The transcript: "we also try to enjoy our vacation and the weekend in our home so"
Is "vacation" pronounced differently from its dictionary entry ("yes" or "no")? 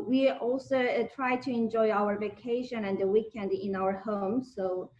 no